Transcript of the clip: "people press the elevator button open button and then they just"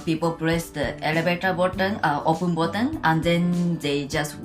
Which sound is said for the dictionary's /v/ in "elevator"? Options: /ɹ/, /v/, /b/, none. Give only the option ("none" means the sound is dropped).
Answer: /b/